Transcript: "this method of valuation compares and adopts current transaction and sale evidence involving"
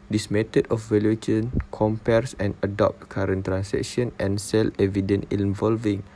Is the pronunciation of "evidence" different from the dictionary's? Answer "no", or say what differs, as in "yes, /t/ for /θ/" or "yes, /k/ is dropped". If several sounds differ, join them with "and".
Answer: yes, /s/ is dropped